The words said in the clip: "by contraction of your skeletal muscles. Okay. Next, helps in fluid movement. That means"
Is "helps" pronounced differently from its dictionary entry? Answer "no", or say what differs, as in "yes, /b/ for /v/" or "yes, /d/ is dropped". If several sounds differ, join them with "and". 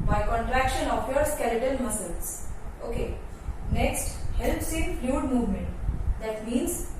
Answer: no